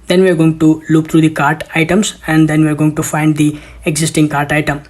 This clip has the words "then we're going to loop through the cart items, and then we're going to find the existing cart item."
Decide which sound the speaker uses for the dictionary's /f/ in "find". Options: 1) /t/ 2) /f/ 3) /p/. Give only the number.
2